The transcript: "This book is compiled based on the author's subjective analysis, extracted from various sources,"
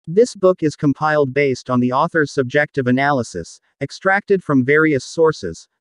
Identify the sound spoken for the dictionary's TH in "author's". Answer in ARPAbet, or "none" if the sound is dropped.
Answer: TH